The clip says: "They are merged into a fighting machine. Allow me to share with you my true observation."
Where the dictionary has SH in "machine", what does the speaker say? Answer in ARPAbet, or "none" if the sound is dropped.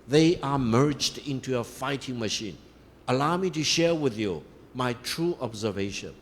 SH